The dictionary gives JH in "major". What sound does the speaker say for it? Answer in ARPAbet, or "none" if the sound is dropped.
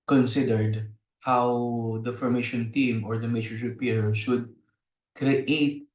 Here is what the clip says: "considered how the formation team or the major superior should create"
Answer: CH